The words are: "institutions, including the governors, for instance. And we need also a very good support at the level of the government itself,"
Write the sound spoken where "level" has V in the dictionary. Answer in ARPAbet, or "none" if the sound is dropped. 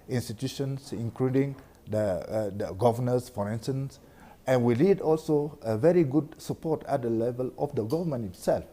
V